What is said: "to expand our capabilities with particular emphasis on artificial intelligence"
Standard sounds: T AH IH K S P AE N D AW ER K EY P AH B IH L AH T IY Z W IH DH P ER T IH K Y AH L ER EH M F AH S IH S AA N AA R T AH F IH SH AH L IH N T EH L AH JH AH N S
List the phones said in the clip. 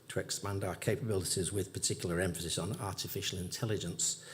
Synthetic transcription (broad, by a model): T AH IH K S P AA N D AW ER K EY P AH B IH L AH T IY Z W IH DH P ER T IH K Y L ER EH M F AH S IH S N AA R T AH F IH SH AH L IH N T EH L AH JH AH N S